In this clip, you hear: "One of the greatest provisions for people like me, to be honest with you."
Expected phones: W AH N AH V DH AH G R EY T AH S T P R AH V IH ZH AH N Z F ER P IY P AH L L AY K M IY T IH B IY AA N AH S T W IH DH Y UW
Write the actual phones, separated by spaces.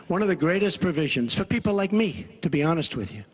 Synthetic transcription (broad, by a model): W AH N AH V DH AH G R EY T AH S P R AH V IH ZH AH N Z F ER P IY P L L AY K M IY T IH B IY AA N AH S T W IH DH Y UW